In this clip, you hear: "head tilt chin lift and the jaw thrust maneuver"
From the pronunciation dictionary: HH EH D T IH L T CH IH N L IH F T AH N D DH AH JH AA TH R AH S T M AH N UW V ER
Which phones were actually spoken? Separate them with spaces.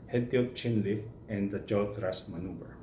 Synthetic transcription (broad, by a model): HH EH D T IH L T CH IH N L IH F AH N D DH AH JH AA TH R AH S M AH N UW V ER